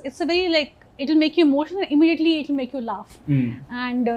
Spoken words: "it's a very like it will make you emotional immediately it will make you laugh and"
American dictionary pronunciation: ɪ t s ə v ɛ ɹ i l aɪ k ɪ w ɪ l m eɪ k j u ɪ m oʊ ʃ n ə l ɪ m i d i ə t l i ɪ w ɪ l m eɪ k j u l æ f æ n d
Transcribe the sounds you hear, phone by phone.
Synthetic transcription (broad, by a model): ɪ t s ə v ɛ ɹ i l aɪ k ɪ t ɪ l m eɪ k j u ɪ m oʊ ʃ ə n ɪ m i d i ə t l i ɪ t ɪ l m eɪ k j u l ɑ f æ n d